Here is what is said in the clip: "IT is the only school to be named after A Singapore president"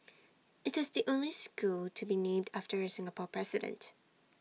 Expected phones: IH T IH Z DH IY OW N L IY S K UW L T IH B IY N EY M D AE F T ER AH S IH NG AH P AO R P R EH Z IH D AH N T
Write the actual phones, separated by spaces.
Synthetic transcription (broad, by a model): IH T IH Z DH IY OW N L IY S K UW L T IH B IY N EY M D AE F T ER AH S IH NG AH P AO R P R EH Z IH D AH N T